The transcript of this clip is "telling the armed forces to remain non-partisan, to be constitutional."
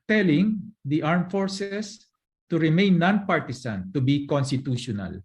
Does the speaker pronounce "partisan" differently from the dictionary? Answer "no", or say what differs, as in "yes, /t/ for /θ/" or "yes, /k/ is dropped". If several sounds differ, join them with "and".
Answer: yes, /s/ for /z/